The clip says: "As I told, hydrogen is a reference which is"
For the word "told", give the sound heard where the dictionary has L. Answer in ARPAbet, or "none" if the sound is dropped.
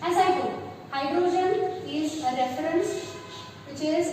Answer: none